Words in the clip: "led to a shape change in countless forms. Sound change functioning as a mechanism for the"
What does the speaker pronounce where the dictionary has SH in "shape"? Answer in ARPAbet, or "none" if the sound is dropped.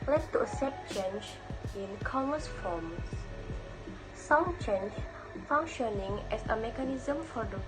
S